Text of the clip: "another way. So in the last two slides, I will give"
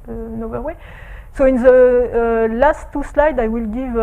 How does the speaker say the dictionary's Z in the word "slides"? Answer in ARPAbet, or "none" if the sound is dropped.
none